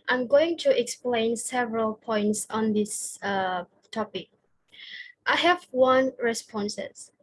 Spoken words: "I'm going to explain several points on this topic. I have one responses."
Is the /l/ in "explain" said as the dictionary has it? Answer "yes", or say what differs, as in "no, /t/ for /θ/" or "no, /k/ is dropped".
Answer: yes